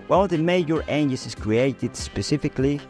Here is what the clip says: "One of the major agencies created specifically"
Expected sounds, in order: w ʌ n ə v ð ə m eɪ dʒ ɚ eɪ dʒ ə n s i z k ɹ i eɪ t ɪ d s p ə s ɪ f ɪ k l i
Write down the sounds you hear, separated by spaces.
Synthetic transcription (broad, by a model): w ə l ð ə m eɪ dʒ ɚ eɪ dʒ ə s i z k ɹ i eɪ t ɪ d s p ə s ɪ f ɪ k l i